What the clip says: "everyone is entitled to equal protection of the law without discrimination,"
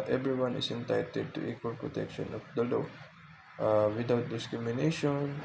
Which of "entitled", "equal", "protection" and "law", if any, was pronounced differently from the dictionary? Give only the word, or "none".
entitled